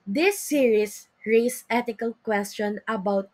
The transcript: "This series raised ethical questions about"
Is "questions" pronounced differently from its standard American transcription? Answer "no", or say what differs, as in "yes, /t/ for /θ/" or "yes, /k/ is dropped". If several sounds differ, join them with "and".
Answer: yes, /z/ is dropped